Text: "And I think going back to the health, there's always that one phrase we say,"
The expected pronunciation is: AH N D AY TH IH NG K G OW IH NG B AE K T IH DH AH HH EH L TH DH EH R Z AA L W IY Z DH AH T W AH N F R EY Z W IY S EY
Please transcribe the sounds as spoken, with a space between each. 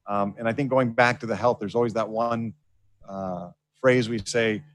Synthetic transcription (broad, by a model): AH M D AY TH IH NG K G OW IH NG B AE K T IH DH AH HH EH L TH DH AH R Z AA L W IY Z DH AH T W AH N F R EY Z W IY S EY